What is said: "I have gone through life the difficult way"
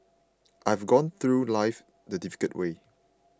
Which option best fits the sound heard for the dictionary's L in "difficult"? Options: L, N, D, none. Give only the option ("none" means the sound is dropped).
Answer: none